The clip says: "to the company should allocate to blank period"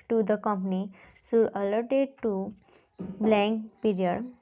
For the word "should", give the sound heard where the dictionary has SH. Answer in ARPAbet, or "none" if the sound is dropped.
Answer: S